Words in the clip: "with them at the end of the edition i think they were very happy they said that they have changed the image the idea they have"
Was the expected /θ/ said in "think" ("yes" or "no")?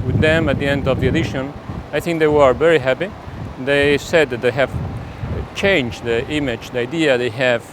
yes